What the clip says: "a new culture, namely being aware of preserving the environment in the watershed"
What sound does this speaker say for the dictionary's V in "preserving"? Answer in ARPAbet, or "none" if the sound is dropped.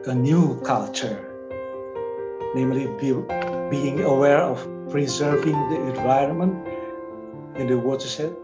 V